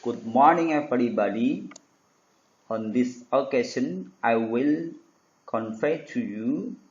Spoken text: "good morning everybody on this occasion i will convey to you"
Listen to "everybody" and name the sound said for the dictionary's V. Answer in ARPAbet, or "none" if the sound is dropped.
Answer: F